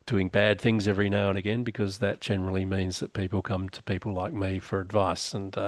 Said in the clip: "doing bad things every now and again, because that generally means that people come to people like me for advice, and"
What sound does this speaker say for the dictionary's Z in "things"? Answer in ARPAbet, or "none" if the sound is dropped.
Z